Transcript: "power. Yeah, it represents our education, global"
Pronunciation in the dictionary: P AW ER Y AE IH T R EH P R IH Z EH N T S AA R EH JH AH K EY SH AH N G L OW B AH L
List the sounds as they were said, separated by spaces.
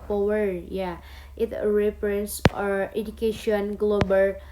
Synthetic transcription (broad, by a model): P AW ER Y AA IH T R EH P R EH N S AA R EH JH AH K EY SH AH N G L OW B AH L